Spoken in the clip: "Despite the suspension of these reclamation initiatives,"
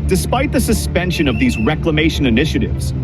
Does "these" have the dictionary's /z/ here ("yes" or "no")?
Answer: yes